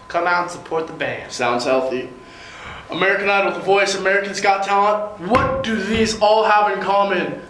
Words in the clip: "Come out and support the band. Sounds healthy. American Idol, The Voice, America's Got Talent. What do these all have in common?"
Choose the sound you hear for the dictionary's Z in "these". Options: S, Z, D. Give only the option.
Z